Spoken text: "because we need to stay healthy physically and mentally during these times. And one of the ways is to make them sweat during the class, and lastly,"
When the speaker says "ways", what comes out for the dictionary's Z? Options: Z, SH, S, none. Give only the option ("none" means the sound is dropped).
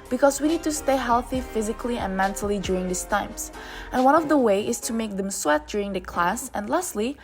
none